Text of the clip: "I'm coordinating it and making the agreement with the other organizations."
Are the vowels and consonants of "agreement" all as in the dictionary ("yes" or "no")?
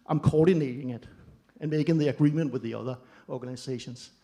yes